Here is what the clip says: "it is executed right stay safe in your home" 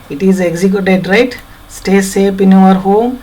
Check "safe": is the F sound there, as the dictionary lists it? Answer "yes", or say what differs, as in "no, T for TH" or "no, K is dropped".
no, P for F